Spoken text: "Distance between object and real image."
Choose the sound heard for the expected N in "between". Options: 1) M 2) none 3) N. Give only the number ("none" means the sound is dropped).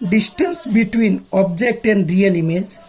3